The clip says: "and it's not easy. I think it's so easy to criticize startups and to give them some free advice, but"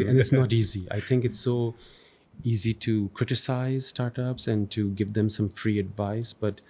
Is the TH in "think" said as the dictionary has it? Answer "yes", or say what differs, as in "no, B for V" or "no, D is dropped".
no, T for TH